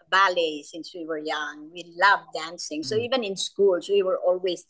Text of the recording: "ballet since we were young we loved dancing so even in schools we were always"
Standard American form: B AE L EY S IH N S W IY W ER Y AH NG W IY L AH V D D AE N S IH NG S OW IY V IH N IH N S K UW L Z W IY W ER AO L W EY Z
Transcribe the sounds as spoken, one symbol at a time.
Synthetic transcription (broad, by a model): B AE L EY S IH N S W IY W ER Y AH NG W IY L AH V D D AE N S IH NG S OW IY V IH N IH N S K UW L S W IY W ER AO L W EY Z